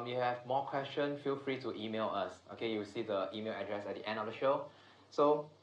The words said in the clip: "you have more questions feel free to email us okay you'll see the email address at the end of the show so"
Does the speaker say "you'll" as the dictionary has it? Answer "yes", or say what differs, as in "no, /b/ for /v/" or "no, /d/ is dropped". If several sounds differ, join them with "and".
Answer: no, /w/ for /l/